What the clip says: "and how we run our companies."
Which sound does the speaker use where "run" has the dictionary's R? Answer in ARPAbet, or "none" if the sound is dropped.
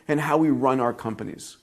R